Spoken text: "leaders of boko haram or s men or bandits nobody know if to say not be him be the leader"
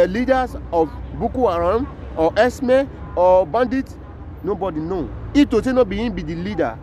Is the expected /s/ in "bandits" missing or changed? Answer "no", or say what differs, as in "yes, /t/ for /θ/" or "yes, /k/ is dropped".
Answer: yes, /s/ is dropped